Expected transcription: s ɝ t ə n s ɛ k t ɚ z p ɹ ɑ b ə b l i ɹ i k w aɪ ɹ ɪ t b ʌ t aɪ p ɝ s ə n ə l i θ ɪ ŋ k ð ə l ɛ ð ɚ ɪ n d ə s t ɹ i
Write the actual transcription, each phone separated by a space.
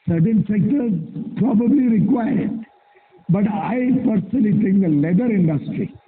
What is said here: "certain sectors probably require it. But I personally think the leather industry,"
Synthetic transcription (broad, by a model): s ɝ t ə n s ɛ k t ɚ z p ɹ ɑ b ə b l i ɹ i k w aɪ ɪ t b ʌ t aɪ p ɝ s ə n ə l i t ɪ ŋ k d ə l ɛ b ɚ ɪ n d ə s t ɹ i